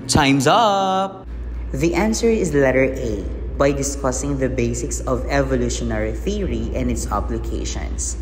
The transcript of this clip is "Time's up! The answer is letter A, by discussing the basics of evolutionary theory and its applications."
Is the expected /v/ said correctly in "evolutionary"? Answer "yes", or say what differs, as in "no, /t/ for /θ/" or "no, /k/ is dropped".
yes